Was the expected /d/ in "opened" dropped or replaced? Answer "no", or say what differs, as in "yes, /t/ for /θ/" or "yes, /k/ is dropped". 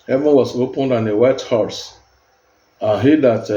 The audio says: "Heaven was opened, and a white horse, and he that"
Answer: no